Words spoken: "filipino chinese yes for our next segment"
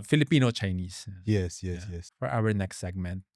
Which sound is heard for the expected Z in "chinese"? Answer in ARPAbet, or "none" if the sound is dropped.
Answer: S